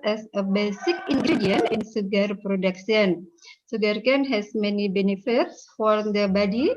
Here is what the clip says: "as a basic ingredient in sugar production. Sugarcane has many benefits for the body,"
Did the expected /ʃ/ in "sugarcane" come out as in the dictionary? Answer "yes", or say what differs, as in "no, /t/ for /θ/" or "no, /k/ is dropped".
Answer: no, /s/ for /ʃ/